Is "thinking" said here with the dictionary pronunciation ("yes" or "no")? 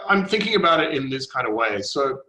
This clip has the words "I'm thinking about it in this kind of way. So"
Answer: yes